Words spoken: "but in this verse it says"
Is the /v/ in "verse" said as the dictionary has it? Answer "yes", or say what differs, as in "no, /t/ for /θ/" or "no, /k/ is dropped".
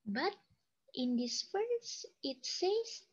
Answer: no, /f/ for /v/